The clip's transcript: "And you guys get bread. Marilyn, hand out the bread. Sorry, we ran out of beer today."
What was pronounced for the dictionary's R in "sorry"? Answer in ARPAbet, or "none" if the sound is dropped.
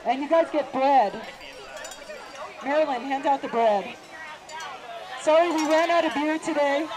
none